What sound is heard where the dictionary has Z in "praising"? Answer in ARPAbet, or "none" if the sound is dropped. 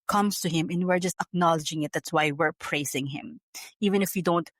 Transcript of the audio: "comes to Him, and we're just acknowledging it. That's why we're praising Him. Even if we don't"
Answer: S